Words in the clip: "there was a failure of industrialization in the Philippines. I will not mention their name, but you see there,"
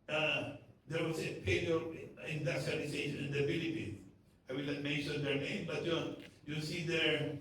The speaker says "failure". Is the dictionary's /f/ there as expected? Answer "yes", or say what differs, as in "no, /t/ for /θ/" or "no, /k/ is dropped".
no, /p/ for /f/